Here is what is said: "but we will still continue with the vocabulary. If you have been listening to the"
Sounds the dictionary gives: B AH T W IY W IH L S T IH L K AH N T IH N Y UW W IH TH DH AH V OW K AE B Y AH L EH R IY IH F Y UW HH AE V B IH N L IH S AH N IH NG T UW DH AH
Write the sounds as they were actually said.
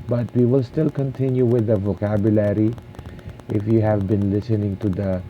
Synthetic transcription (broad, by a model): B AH T W IY W IH L S T IH L K AH N T IH N Y UW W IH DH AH V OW K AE B Y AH L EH R IY IH F Y UW HH AE V B IH N L IH S AH N IH NG T UW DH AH